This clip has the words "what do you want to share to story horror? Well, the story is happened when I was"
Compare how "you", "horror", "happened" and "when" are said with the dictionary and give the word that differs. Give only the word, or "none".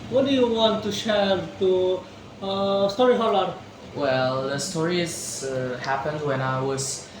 horror